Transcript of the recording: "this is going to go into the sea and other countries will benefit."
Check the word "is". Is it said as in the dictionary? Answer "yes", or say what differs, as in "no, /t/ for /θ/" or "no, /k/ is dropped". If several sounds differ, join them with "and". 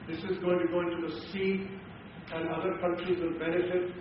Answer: yes